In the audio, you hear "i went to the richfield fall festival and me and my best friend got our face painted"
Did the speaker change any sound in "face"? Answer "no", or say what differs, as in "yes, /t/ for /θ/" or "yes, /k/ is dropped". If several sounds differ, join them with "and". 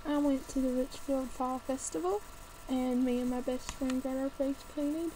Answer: yes, /p/ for /f/